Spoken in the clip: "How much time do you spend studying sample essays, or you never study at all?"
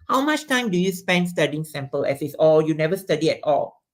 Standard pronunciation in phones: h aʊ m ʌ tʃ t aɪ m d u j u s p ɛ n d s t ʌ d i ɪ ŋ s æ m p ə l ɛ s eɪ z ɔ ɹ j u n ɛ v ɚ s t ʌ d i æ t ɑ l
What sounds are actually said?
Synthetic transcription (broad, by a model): h aʊ m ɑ tʃ t aɪ m d u j u s p ɛ n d s t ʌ d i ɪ ŋ s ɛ m p ə l ɛ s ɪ s ɔ l j u n ɛ v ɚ s t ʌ d i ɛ t ɑ l